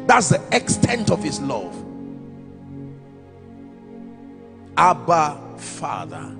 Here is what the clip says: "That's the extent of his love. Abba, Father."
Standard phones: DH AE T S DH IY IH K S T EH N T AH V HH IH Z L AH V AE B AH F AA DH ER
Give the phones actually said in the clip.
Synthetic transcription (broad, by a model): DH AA T S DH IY IH K S T EH N T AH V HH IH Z L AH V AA B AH F AA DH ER